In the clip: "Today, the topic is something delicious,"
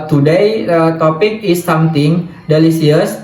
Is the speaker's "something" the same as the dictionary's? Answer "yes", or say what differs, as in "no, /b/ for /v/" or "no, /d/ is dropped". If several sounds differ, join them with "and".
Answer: no, /t/ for /θ/